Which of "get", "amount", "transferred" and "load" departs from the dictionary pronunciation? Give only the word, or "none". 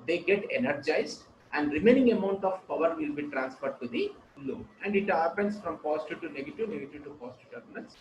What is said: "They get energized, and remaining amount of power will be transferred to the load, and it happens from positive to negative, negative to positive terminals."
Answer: load